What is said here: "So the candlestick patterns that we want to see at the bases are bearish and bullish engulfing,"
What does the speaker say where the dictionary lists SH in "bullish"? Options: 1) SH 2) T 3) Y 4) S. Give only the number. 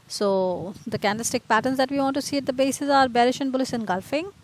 4